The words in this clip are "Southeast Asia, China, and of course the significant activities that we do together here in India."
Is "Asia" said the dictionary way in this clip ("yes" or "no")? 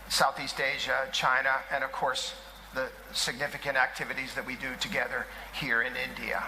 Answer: yes